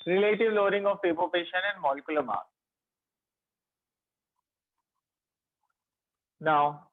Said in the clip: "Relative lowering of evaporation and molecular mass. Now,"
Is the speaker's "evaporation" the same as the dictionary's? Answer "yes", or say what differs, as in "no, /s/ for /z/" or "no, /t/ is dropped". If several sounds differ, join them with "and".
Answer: no, /p/ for /v/